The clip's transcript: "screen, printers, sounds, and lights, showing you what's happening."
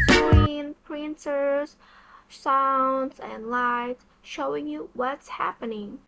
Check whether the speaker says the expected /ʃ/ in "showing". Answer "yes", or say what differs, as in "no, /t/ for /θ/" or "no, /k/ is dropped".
yes